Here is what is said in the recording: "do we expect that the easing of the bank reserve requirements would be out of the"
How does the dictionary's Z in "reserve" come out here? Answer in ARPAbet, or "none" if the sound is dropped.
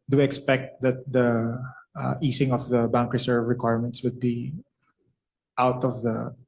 S